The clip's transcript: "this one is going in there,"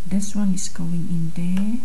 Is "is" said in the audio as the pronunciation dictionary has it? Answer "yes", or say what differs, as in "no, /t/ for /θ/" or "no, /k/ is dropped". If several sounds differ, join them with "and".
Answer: no, /s/ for /z/